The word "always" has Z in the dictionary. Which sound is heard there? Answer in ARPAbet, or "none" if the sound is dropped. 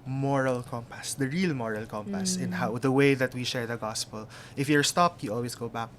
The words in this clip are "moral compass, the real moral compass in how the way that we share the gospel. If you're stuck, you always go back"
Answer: S